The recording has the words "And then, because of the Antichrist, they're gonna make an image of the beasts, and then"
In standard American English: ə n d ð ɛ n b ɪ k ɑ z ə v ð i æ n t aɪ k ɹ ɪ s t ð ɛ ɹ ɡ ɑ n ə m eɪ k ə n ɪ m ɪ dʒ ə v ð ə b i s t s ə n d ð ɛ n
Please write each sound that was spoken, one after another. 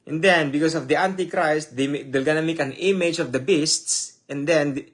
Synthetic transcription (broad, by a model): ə n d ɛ n b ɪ k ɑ s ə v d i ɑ n t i k ɹ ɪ s t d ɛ l ɡ ɑ n ə m eɪ k ə n ɪ m ɪ dʒ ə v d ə b i s t s ə n d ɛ n